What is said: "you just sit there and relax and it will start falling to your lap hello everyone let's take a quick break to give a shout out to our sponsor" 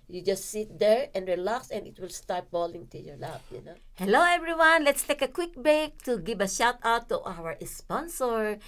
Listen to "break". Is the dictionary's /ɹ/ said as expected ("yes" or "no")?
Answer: no